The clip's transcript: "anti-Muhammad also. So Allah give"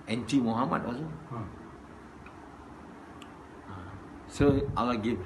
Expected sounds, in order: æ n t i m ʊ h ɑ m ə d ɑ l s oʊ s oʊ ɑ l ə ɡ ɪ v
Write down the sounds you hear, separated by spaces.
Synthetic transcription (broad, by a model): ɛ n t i m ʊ h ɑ m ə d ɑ s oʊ s oʊ ɑ l ə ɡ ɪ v